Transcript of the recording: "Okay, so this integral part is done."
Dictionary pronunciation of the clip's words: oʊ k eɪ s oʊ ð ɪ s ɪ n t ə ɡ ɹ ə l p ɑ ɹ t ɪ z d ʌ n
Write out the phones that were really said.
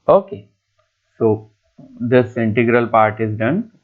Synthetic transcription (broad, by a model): oʊ k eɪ s oʊ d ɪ s ɪ n t ə ɡ ɹ ə l p ɑ ɹ t ɪ z d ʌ n